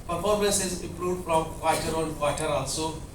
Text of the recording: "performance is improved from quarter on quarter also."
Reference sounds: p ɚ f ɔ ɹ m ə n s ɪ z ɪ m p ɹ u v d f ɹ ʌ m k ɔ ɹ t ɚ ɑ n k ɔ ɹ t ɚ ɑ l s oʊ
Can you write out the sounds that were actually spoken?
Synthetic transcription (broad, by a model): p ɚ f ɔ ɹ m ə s ɪ z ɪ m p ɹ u d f ɹ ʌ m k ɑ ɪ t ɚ ɑ n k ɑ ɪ t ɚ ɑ l s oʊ